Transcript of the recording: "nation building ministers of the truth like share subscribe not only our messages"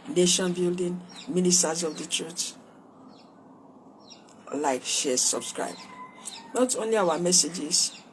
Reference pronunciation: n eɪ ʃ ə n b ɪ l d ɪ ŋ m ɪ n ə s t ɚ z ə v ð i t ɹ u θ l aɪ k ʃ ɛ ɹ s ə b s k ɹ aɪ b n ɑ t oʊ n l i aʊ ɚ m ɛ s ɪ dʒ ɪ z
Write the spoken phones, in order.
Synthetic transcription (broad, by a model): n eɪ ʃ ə n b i l d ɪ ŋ m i n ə s t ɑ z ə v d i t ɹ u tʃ l aɪ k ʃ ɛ s ə b s k ɹ aɪ b n ɑ t oʊ n l i aʊ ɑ m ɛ s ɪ dʒ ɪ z